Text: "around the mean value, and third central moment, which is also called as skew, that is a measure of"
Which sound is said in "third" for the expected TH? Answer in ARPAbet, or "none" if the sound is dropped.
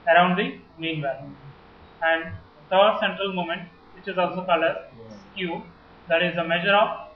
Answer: T